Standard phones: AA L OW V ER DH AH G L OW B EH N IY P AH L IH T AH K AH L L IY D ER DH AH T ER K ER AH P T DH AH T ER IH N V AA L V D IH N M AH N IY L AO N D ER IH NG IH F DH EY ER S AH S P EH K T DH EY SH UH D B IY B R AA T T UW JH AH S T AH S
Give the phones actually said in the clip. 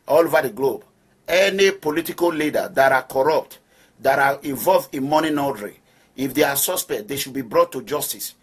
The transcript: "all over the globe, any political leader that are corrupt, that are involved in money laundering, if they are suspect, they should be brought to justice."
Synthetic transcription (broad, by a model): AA L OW V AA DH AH G L OW B EH N IY P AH L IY T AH K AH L L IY D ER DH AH T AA K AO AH P T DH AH T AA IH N V AA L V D IH N M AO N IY N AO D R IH IH F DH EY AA S AH S P EH K T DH EY SH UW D B IY B R AA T T UW JH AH S T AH S